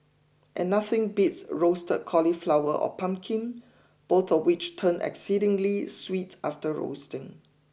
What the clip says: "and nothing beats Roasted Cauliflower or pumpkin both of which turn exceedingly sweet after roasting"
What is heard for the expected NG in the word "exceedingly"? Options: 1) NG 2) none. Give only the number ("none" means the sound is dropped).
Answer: 1